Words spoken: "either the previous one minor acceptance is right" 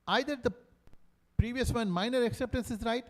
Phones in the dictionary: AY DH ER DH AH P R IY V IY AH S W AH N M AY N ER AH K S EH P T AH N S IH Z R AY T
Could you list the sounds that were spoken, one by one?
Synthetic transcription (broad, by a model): AY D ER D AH P R IY V IY AH S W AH N M AY N ER AH K S EH P T AH N S IH Z R AY T